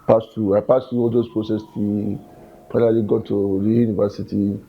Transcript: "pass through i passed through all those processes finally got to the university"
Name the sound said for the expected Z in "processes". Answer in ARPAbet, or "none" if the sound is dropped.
none